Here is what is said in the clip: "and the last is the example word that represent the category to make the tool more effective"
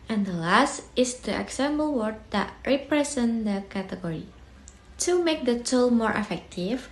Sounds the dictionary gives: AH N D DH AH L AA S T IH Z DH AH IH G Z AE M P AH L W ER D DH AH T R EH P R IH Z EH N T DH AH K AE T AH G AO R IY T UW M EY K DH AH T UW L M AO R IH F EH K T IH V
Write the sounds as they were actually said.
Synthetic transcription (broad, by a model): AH N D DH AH L AA S T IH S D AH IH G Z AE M B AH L W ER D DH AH T R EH P R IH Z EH N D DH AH K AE T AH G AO R IY T UW M EY K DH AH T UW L M AO R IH F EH K T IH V